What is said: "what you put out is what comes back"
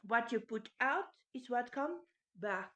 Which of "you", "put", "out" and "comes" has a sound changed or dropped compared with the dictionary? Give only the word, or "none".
comes